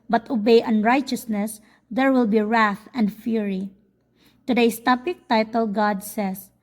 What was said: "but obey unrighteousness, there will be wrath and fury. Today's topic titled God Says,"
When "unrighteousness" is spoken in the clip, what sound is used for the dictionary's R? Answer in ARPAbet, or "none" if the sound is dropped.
R